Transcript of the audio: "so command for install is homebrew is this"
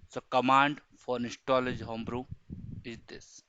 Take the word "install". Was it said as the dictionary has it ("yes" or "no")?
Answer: no